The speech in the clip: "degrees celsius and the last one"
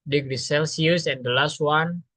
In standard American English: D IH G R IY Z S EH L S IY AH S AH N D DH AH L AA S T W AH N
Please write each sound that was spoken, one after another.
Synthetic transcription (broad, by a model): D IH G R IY S EH L S IY AH S AH N D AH L AA S T W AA N